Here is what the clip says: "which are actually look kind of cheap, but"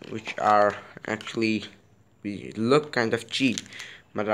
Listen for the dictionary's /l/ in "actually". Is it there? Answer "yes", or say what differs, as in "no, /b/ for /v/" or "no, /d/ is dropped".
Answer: no, /w/ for /l/